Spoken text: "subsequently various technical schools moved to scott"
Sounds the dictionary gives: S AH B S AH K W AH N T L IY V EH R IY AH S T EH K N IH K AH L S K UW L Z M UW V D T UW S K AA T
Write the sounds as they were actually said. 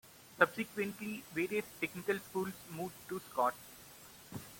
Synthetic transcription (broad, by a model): S AH B S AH K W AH N T L IY V EH R IY AH S T EH K N IH K AH L S K UW L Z M UW D T UW S K AA T